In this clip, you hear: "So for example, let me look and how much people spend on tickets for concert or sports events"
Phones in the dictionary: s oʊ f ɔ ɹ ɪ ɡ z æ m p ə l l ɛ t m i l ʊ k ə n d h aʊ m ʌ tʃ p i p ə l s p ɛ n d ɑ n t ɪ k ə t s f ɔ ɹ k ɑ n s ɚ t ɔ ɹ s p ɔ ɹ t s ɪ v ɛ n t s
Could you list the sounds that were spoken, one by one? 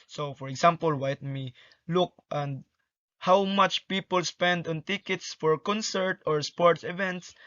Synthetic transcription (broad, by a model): s oʊ f ɔ ɹ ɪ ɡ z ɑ m p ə l w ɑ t m i l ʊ k ə n d h aʊ m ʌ tʃ p i p ə l s p ɛ n d ɑ n t ɪ k ə t s f ɔ ɹ k ɑ n s ɚ t ɔ ɹ s p ɔ ɹ t s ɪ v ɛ n t s